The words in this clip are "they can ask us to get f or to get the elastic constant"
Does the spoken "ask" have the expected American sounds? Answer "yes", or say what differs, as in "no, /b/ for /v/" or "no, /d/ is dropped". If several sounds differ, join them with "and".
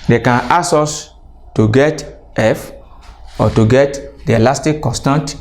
no, /k/ is dropped